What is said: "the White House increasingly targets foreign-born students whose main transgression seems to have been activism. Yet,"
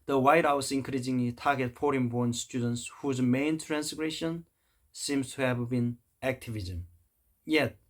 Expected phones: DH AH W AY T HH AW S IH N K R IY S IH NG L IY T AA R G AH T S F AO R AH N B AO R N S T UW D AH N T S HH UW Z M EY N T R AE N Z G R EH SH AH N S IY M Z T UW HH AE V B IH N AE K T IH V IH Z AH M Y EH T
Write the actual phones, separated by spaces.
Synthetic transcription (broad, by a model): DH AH W AY T HH AW S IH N K R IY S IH NG L IY T AA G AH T F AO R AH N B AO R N S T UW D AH N T S HH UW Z M EY N T R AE N S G R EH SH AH N S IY M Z T UW HH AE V B IH N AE K T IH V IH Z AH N Y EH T